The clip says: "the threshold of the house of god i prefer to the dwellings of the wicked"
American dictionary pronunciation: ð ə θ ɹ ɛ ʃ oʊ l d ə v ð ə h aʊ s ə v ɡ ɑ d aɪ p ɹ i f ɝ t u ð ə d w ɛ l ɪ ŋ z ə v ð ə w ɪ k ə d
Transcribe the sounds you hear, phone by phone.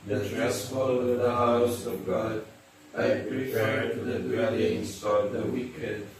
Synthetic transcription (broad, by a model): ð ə t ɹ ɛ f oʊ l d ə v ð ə h aʊ s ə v ɡ ɑ d aɪ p ɹ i p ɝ t u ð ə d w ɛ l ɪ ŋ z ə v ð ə w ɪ k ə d